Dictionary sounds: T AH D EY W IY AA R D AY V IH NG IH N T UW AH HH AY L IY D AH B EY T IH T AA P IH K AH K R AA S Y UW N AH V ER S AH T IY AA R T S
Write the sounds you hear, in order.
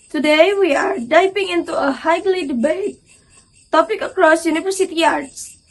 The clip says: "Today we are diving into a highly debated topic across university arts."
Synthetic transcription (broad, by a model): T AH D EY W IY AA R D AY P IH NG IH N T UW AH HH AY L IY D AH B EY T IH T AA P IH K AH K R AA S Y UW N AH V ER S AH T IY AA R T S